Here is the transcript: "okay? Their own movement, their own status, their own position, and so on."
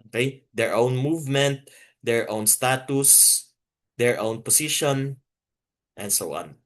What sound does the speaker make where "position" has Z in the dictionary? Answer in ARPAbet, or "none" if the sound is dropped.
S